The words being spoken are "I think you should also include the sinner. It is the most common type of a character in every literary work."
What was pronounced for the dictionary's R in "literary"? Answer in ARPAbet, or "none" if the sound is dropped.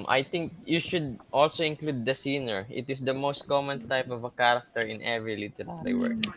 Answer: L